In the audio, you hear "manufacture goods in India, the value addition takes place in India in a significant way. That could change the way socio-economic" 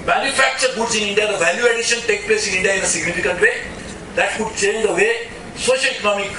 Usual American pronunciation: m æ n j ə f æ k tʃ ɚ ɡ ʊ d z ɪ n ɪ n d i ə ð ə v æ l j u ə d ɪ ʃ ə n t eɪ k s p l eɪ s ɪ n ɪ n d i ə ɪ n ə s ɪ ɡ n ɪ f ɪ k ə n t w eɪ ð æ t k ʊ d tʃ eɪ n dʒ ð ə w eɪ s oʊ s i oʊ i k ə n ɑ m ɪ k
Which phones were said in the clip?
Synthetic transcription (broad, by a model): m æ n j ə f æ k tʃ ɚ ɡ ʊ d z ɪ n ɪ n d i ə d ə v æ l j u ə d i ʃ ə n t eɪ k p l eɪ s ɪ n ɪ n d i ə ɪ n ə s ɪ ɡ n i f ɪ k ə n t w eɪ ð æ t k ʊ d tʃ eɪ n dʒ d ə w eɪ s oʊ ʃ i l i k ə n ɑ m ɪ k